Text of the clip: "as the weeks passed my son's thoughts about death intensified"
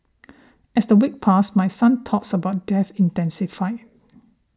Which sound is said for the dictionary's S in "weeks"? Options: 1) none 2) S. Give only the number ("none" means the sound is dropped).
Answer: 1